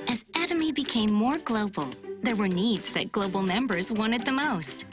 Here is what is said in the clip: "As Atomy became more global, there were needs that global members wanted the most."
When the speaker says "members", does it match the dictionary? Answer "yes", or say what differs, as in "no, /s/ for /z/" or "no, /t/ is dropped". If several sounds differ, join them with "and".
yes